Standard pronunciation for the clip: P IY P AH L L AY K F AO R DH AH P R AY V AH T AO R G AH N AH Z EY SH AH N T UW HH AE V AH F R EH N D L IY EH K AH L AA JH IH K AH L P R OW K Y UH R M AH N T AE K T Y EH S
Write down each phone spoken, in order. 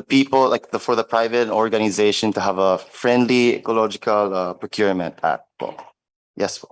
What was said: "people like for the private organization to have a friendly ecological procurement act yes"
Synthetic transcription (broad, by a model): P IY P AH L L AY K F AO R DH AH P R AY V AH T AO R G AH N AH Z EY SH AH N T UW HH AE V AH F R EH N D L IY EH K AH L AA JH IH K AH L P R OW K Y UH R M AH N T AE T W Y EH S